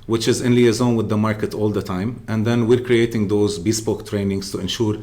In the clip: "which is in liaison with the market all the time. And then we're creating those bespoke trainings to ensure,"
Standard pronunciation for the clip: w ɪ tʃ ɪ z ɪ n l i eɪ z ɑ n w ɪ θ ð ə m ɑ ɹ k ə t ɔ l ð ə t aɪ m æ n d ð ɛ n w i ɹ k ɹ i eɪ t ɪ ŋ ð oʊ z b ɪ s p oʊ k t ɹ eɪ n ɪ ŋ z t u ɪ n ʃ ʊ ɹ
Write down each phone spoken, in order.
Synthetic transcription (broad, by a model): w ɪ tʃ ɪ z ɪ n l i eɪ z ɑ n w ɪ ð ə m ɑ ɹ k ə t ɔ l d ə t aɪ m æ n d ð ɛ n w i ɹ k ɹ i eɪ t ɪ ŋ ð oʊ z b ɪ s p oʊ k t ɹ eɪ n ɪ ŋ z t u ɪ n ʃ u ɹ